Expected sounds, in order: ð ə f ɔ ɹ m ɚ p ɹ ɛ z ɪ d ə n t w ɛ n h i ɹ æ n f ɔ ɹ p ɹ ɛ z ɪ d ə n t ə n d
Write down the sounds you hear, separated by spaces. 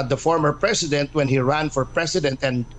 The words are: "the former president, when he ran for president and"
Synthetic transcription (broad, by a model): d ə f ɔ ɹ m ɚ p ɹ ɛ s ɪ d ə n t w ɛ n h i ɹ æ n f ɔ ɹ p ɹ ɛ s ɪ d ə n t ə n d